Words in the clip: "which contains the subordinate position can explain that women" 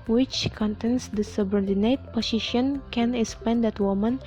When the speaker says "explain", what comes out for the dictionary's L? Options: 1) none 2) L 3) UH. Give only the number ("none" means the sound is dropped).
1